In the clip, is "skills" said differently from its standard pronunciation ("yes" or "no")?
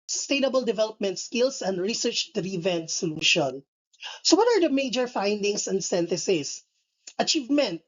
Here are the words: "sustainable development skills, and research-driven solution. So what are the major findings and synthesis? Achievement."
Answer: yes